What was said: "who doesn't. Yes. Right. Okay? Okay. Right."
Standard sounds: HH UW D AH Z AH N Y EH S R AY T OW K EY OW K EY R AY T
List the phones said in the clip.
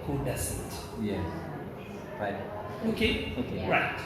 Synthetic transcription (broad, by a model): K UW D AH S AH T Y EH R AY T OW K EY OW K EY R AY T